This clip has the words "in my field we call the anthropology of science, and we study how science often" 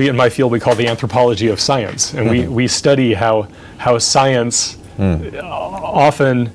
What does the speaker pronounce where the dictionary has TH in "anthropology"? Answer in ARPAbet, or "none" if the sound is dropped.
TH